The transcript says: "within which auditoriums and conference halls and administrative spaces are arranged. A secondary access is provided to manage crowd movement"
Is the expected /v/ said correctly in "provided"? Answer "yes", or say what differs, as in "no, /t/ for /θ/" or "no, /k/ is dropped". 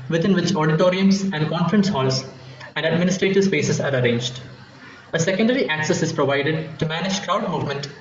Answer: yes